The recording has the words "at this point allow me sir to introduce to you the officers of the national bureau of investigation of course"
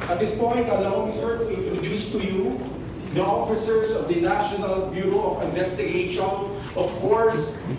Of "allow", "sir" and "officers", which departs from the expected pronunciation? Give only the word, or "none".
officers